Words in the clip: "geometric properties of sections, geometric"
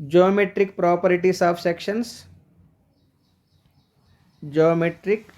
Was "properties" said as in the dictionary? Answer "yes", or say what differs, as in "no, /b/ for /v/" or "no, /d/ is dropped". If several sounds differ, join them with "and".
no, /s/ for /z/